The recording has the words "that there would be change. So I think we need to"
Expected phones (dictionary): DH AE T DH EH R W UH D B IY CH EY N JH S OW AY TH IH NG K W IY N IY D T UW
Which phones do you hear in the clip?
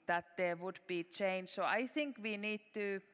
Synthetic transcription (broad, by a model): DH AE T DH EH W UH D B IY CH EY N JH S OW AY TH IH NG K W IY N IY D T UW